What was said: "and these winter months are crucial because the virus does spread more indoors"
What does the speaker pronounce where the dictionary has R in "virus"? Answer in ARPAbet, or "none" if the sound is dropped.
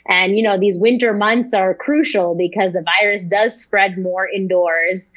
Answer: R